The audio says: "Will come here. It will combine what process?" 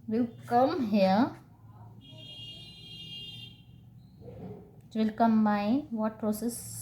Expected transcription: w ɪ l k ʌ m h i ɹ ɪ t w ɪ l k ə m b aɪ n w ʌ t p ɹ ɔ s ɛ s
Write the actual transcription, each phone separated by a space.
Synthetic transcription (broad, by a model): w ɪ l k ʌ m h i ɪ t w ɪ l k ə m aɪ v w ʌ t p ɹ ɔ s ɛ s